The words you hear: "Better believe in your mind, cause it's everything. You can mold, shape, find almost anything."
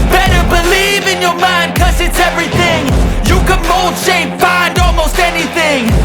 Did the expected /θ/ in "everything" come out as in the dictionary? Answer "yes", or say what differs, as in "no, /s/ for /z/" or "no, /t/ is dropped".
yes